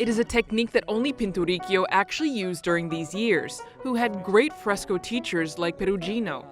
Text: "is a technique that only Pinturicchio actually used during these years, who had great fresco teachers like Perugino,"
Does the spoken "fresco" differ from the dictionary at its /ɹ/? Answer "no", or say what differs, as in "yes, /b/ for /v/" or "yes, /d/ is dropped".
no